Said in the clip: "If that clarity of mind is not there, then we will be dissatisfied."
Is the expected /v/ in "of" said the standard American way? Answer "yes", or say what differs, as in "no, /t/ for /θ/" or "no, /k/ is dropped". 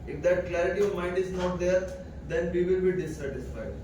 yes